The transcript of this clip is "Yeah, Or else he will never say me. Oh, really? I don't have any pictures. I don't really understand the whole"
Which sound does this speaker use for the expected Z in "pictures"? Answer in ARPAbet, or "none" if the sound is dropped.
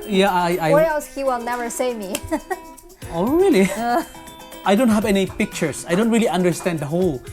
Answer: S